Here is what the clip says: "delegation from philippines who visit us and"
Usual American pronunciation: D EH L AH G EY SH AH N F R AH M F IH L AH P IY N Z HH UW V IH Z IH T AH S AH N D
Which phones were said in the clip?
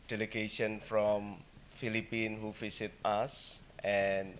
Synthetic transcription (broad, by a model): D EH L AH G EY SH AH N F R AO M F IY L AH P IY N HH UW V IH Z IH T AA S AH N